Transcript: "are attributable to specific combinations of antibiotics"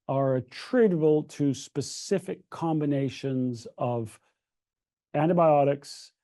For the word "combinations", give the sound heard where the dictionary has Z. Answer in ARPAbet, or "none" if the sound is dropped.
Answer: Z